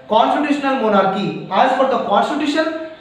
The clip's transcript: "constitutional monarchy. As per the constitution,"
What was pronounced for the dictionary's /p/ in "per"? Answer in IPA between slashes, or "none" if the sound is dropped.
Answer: /f/